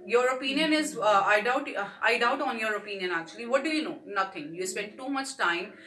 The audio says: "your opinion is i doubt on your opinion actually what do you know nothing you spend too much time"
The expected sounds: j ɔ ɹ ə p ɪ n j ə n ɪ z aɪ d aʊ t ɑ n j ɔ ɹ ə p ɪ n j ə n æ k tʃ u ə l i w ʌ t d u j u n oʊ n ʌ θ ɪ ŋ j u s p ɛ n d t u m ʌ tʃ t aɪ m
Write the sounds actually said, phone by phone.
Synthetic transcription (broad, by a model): j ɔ ɹ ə p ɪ n j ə n ɪ z aɪ d aʊ t ɑ n j ɔ ɹ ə p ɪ n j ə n æ k tʃ u ə l i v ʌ t d u j u n oʊ n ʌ t ɪ ŋ j u s p ɛ n d t u m ʌ tʃ t aɪ m